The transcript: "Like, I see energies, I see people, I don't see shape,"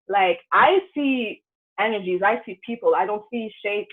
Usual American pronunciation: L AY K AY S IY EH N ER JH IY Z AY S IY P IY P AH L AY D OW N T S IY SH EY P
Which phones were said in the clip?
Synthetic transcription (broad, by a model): L AY K AY S IY EH N ER JH IY Z AY S IY P IY P L AY D OW N T S IY SH EY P